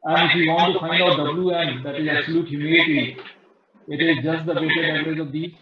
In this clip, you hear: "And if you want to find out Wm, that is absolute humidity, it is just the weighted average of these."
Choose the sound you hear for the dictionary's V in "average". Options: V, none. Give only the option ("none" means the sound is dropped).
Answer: none